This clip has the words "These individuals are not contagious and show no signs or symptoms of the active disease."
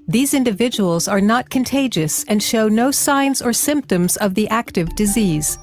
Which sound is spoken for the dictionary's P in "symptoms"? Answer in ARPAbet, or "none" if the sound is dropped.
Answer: P